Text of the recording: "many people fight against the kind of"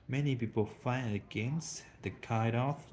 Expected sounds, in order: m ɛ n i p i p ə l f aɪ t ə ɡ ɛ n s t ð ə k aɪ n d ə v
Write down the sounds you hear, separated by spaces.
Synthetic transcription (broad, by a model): m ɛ n i p i p ə l f aɪ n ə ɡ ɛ n s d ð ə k aɪ d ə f